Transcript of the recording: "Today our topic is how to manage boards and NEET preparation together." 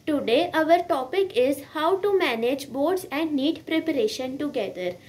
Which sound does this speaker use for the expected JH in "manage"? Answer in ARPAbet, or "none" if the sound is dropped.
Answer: JH